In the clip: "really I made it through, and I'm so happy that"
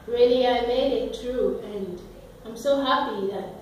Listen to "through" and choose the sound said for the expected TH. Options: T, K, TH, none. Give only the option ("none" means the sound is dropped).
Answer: T